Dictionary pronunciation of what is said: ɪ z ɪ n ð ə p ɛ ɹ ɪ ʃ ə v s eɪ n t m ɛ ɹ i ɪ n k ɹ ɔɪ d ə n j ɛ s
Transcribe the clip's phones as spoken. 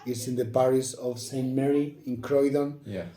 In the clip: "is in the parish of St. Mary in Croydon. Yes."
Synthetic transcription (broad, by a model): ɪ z ɪ n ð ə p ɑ ɹ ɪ s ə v s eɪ n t m ɛ ɹ i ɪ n k ɹ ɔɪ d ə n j